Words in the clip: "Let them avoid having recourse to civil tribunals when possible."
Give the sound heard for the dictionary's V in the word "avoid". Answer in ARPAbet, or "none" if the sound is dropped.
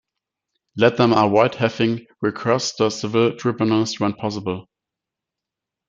W